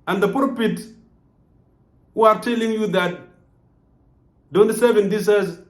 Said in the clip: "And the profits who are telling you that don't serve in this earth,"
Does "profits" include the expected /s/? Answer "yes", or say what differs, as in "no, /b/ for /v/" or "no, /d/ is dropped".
no, /s/ is dropped